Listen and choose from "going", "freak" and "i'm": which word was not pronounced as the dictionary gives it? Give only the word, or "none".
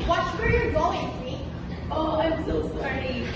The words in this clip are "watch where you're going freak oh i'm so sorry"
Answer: freak